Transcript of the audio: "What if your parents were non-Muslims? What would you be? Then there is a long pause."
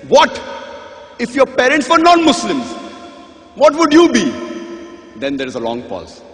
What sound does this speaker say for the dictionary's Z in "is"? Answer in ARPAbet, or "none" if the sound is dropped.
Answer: Z